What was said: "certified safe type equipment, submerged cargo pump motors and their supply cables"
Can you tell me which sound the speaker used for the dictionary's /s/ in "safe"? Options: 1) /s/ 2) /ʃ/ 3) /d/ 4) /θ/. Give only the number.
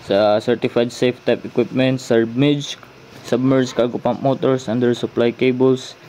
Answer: 1